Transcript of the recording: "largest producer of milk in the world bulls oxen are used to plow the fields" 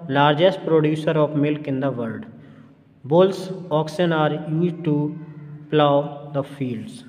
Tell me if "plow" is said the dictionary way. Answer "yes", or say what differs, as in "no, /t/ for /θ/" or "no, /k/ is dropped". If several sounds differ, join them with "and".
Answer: yes